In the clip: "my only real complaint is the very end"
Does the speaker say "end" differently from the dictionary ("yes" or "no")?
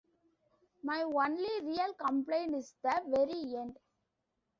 no